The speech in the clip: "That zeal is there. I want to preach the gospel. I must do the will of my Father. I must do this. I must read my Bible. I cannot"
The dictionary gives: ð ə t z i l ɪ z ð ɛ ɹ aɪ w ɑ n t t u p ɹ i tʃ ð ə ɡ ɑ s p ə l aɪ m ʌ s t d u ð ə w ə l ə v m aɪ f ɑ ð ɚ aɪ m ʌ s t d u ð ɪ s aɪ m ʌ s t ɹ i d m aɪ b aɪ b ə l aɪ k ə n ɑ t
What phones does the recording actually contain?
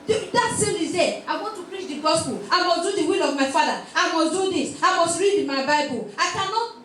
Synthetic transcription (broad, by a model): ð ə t s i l ɪ z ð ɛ aɪ w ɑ n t t u p ɹ i tʃ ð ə ɡ ɑ s p ə l aɪ m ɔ s d u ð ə w ə l ə v m aɪ f ɑ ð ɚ aɪ m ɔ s d u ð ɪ s aɪ m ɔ s t ɹ i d m aɪ b aɪ b ə l aɪ k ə n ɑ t